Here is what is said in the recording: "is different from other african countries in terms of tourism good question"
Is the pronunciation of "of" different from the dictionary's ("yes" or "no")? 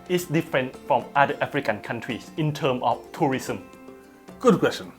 yes